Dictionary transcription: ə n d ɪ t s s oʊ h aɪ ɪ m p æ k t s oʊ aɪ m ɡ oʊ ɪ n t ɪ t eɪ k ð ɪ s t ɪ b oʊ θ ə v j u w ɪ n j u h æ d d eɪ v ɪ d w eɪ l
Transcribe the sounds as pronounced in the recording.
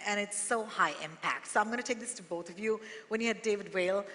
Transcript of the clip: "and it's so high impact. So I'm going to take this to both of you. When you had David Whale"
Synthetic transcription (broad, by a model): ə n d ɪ t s s oʊ h aɪ ɪ m p æ k t s oʊ aɪ m ɡ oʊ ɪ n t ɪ t eɪ k ð ɪ s t ɪ b oʊ θ ə v j u w ɪ n j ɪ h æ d d eɪ v ɪ d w eɪ l